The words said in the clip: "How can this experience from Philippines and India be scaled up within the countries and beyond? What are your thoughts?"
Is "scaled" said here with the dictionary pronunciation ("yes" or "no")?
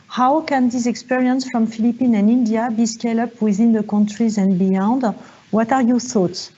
no